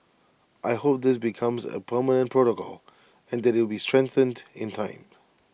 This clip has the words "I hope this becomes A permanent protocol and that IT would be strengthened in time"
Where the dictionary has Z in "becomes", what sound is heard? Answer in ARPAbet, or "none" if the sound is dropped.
Z